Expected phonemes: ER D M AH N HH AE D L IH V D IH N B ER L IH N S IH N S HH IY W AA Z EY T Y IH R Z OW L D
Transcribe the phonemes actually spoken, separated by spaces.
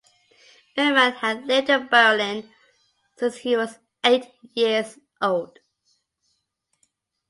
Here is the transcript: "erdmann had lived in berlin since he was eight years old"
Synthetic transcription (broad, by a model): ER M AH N HH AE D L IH D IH B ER L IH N S IH N S HH IY W AA Z EY T Y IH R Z OW L D